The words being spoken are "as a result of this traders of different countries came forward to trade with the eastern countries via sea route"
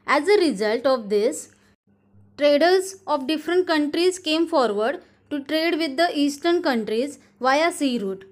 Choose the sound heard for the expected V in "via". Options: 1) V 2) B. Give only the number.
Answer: 1